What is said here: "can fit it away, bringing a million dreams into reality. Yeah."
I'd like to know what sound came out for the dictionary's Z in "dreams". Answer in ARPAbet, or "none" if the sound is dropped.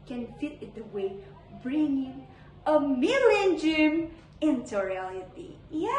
none